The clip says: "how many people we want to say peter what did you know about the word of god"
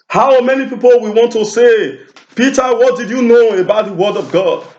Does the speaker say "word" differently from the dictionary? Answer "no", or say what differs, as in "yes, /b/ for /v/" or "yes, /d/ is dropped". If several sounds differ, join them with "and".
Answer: no